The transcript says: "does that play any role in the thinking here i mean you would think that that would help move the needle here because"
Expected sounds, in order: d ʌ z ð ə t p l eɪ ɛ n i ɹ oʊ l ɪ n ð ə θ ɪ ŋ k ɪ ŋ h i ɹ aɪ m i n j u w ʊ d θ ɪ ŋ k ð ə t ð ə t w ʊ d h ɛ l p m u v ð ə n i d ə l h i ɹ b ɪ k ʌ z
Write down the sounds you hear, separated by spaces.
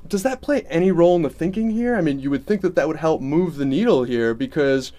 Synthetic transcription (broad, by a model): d ʌ z ð ə t p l eɪ ɛ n i ɹ oʊ l ɪ n ð ə θ ɪ ŋ k ɪ ŋ h i ɹ aɪ m i n j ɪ w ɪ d θ ɪ ŋ k ð ə t ð ə t w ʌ d h ɛ l p m u v ð ə n i d l h i ɹ b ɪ k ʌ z